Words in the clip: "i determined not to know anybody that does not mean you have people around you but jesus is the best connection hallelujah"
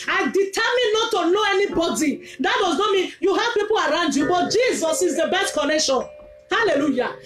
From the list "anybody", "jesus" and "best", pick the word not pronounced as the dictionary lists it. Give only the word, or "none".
none